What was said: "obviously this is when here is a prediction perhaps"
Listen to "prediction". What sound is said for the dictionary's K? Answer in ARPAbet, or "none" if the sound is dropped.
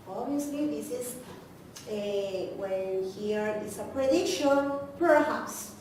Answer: none